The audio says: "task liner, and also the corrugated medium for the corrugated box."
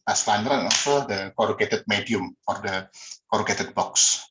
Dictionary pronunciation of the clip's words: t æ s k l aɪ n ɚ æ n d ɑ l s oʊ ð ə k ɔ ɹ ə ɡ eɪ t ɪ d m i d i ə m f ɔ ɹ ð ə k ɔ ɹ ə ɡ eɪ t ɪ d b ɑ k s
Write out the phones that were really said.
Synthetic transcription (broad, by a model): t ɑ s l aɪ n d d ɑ n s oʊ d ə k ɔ ɹ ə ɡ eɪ t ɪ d m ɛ d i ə m f ɔ ɹ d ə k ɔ ɹ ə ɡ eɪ t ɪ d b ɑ k s